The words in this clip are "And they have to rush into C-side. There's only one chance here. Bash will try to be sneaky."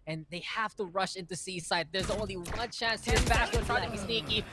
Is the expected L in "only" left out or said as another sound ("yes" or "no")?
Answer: no